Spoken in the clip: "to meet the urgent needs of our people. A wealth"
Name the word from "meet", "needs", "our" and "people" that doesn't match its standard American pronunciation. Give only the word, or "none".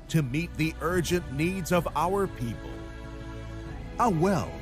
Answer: none